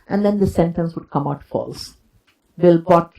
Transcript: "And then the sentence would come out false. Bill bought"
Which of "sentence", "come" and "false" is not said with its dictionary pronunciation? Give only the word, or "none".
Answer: none